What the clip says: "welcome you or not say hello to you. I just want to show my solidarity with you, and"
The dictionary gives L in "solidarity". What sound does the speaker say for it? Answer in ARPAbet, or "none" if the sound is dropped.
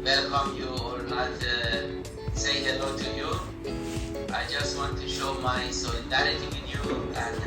none